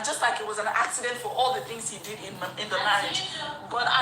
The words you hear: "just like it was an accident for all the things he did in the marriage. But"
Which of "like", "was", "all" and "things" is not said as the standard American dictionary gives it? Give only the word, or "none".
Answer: none